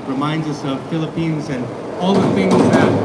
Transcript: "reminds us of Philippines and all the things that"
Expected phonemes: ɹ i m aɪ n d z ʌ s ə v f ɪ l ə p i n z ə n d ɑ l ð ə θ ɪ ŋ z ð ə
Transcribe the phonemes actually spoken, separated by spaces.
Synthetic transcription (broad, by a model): ɹ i m aɪ n d z ʌ s ə v f ɪ l ə p i n z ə n ɑ l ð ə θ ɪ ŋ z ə